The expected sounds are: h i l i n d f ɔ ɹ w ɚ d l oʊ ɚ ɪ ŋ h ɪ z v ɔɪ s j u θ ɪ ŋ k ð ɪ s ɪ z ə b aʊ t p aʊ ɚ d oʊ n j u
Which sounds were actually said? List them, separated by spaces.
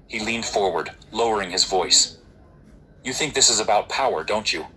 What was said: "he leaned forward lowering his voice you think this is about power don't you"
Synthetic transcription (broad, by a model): h i l i n d f ɔ ɹ w ɚ d l oʊ ɚ ɪ ŋ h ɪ z v ɔɪ s j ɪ θ ɪ ŋ k ð ɪ s ɪ z ə b aʊ t p aʊ ɚ d oʊ n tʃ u